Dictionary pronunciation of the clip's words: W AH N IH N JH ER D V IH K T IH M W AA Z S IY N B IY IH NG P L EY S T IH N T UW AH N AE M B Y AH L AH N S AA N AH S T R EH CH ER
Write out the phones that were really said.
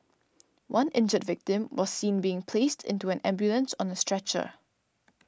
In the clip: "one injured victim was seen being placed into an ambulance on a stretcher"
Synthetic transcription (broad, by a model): W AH N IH N JH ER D V IH K T IH M W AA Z S IY N B IY IH NG P L EY S T IH N T UW AH N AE M B Y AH L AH N S AA N AH S T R EH CH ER